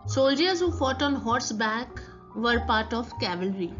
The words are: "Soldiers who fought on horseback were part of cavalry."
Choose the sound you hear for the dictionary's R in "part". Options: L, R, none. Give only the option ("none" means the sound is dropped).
R